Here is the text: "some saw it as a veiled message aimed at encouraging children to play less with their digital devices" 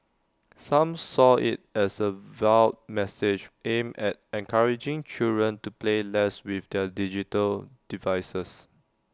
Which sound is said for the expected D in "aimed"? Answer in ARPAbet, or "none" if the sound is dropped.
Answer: none